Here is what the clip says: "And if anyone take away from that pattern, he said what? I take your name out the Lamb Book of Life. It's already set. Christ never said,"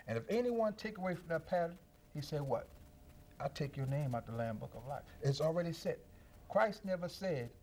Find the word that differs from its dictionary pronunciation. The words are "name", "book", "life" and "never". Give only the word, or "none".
none